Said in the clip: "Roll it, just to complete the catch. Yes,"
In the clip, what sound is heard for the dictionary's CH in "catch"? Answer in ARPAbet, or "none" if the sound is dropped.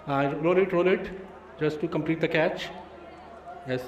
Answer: CH